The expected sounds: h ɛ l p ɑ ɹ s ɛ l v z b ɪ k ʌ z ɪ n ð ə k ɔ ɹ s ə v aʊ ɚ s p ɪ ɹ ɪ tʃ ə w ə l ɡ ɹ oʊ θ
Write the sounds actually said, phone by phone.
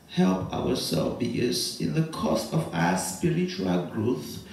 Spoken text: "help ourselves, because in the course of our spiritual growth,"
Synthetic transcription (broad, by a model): h ɛ l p ɑ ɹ s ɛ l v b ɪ ʌ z ɪ n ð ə k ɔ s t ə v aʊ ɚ s p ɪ ɹ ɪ tʃ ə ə l ɡ ɹ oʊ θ